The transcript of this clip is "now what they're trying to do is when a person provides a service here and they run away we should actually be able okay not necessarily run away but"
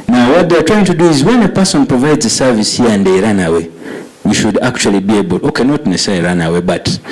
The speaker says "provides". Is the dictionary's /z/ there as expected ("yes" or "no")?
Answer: yes